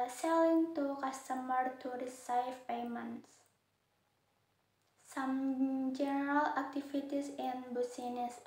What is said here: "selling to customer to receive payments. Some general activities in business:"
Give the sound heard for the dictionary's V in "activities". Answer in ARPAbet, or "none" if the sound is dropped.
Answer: F